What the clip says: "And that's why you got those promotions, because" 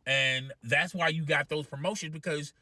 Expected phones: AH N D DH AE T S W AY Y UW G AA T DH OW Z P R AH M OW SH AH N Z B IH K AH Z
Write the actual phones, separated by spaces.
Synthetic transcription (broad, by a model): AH N DH AE T S W AY Y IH G AA T DH OW Z P R AH M OW SH AH N Z B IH K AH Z